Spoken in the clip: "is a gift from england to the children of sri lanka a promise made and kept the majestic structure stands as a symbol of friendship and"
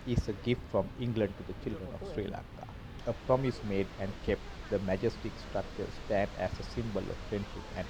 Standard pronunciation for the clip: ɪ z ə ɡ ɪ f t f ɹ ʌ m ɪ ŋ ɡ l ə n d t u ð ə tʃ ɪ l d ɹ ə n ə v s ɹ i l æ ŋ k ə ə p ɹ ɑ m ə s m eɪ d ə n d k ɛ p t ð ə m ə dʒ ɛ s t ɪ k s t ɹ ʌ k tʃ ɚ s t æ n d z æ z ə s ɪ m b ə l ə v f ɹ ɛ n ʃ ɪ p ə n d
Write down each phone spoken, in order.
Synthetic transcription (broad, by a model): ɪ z ə ɡ ɪ f t f ɹ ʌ m ɪ ŋ ɡ l ə n d t u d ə tʃ ɪ l d ɹ ə n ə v s ɹ i l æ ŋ k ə ə p ɹ ɑ m ə s m eɪ d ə n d k ɛ p t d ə m ə dʒ ɛ s t ɪ k s t ɹ ʌ k tʃ ɚ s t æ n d æ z ə s ɪ m b ə l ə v f ɹ ɛ n ʃ ɪ p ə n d